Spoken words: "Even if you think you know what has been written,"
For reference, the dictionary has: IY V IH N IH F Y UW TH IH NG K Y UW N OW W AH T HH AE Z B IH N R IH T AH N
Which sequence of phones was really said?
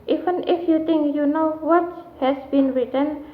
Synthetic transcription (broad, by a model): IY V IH N IH F Y UW T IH NG K Y UW N OW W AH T HH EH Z B IH N R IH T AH N